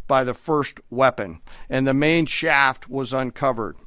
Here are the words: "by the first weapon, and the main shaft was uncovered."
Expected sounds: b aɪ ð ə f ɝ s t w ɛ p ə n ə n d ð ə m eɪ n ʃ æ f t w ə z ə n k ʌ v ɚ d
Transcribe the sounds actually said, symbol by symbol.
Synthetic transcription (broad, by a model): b aɪ ð ə f ɝ s t w ɛ p ə n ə n ð ə m eɪ n ʃ æ f t w ə z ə n k ʌ v ɚ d